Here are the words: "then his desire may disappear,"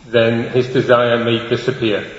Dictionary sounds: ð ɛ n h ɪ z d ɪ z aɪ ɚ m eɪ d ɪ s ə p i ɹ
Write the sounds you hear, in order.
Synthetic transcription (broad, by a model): ð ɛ n h ɪ z d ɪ z aɪ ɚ m eɪ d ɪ s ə p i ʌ